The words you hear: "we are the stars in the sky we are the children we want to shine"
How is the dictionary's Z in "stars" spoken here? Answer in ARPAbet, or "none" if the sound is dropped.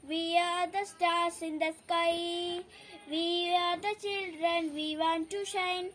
S